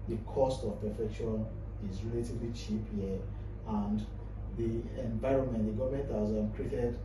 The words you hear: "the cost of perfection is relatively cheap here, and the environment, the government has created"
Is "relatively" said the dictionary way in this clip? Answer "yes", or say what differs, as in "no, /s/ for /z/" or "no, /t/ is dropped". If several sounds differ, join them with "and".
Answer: yes